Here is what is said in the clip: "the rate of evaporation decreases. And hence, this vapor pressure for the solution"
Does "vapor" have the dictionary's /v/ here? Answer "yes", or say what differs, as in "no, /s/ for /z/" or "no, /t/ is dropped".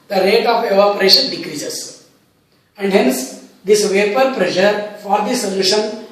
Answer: yes